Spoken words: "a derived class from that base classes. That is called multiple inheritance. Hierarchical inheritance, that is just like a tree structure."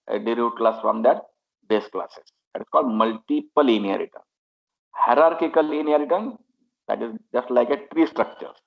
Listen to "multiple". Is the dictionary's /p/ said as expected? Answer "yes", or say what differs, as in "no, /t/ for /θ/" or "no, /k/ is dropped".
yes